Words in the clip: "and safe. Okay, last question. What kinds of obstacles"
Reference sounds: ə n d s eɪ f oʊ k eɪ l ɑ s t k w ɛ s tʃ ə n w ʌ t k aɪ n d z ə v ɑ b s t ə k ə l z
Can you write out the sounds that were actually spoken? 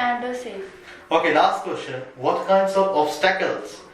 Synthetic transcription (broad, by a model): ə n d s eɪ oʊ k eɪ l ɑ s t k w ɛ s tʃ ə n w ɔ t k aɪ n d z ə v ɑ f s t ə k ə l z